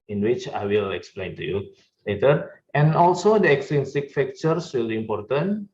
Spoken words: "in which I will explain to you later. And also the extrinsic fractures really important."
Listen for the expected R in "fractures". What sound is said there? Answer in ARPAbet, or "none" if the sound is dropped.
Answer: none